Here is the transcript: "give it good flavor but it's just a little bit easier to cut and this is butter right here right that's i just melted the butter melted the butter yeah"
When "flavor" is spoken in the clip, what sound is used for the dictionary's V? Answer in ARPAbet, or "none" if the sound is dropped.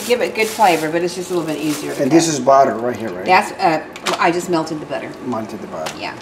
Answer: V